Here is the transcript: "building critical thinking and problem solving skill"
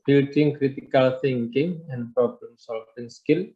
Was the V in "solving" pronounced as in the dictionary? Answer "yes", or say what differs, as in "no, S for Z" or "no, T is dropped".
no, F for V